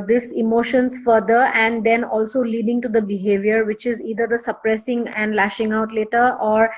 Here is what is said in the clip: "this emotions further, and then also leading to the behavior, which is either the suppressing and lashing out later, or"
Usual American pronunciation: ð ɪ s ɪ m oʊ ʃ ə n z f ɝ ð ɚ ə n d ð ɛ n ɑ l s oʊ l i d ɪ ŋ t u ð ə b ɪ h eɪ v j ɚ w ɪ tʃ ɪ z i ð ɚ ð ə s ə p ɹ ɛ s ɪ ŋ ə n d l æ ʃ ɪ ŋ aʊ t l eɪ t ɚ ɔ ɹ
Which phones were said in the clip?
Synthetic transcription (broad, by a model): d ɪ s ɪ m oʊ ʃ ə n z f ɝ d ɚ ə n d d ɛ n ɑ l s oʊ l i d ɪ ŋ t u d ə b ɪ h eɪ v j ɚ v ɪ tʃ ɪ z i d ɚ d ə s ə p ɹ ɛ s ɪ ŋ ə n d l æ ʃ ɪ ŋ aʊ t l eɪ t ɚ ɔ ɹ